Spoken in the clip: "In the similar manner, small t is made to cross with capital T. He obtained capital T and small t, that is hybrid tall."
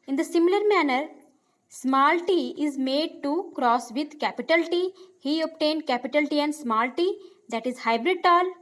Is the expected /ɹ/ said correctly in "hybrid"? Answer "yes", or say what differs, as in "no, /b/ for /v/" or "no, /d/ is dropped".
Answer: yes